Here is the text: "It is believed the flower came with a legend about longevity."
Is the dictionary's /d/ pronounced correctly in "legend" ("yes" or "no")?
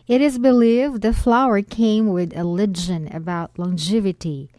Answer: no